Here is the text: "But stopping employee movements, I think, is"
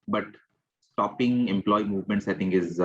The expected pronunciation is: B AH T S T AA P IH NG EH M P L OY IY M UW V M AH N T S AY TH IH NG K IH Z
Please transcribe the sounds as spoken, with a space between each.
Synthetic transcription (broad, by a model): B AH T S T AA P IH NG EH M P L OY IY M UW V M AH N T S AY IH NG K IH Z